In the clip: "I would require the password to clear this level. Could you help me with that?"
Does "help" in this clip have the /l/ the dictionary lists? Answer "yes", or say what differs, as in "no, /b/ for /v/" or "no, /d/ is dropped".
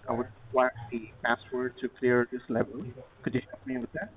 no, /l/ is dropped